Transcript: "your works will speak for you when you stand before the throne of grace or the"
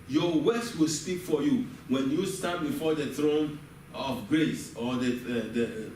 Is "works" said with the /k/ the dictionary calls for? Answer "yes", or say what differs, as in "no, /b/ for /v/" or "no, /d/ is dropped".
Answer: no, /k/ is dropped